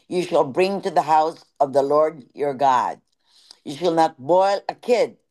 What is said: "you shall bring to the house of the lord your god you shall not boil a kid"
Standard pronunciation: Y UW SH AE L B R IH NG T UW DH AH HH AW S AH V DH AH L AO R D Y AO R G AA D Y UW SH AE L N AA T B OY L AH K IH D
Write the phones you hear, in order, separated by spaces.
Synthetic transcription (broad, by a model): Y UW SH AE L B R IH NG T UW DH AH HH AW S AH V DH AH L AO R D Y AO R G AA D Y UW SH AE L N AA T B OY L AH K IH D